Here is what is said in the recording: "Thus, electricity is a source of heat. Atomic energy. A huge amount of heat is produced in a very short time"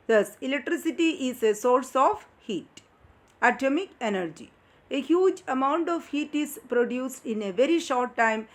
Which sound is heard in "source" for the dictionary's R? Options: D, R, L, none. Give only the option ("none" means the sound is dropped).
R